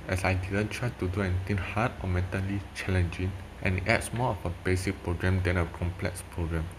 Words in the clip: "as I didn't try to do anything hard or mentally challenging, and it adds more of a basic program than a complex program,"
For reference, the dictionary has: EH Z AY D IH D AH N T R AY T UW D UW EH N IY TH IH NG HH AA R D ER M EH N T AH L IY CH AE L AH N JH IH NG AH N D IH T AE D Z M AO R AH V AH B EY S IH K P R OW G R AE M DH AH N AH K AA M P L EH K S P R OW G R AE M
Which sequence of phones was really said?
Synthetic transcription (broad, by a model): EH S AY D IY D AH N T R AY T UW D UW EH N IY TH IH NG HH AA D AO M EH N T AH L IY CH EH L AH N JH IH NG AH N IH T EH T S M AO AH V AH B EY S IH K P R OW G R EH M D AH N AH K AA M P L EH K S P R OW G R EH M